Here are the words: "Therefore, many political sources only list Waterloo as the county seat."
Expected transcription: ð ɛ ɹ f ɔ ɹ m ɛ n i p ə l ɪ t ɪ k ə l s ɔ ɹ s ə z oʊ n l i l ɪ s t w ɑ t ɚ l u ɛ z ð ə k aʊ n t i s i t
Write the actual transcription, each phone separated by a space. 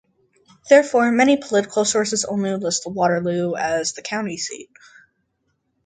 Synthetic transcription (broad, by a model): ð ɛ ɹ f ɔ ɹ m ɛ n i p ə l ɪ t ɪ k l s ɔ ɹ s ə z oʊ n l i l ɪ s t w ɑ t ɚ l u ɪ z ð ə k aʊ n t i s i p